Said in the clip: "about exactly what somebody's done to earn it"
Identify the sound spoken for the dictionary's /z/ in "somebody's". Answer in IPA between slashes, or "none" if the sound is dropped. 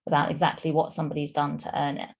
/z/